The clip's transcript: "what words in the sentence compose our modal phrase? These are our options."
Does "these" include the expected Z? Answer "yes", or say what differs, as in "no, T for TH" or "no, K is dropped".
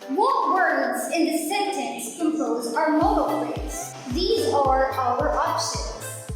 yes